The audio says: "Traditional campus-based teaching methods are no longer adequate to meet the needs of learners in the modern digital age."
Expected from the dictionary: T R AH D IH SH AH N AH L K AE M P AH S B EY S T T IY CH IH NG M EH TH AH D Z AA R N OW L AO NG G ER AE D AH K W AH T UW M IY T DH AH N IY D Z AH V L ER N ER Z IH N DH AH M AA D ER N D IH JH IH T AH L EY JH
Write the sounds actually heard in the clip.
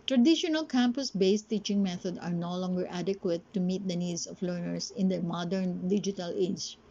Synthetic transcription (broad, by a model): T R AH D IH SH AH N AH L K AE M P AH S B EY S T T IY CH IH NG M EH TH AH D AA R N OW L AO NG G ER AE D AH K W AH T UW M IY T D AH N IY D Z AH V L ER N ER S IH N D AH M AA D ER N D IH JH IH T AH L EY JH